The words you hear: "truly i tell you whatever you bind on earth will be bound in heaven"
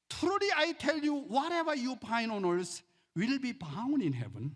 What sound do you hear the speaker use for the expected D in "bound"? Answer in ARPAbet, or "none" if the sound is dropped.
none